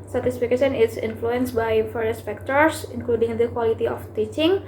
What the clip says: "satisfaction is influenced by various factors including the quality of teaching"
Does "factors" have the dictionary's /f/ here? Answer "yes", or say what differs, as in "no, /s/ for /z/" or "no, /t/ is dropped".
no, /p/ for /f/